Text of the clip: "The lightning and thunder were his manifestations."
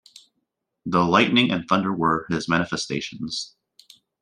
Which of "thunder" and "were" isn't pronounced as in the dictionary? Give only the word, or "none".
none